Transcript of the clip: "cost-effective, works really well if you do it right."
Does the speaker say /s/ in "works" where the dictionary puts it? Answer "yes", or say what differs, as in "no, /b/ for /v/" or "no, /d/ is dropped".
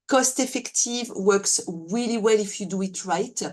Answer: yes